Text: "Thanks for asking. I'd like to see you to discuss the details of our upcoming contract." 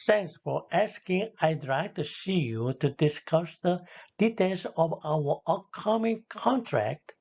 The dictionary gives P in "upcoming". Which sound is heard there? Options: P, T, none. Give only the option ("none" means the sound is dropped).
none